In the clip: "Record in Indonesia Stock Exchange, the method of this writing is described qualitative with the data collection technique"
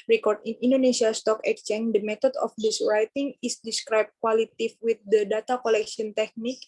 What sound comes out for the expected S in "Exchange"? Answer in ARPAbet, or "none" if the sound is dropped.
none